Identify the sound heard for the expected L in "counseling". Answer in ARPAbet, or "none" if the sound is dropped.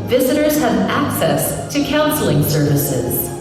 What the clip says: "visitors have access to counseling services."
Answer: L